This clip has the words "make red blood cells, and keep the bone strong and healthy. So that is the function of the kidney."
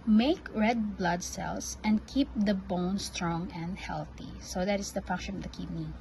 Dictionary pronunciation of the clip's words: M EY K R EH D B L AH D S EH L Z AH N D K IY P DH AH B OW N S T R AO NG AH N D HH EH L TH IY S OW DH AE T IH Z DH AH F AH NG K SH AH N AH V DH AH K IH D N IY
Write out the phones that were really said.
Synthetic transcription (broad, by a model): M EY K R EH D B L AH D S EH L S AH N D K IY P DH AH B OW N S T R AO NG AH N D HH EH L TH IY S OW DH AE T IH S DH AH F AH NG K SH AH N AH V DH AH K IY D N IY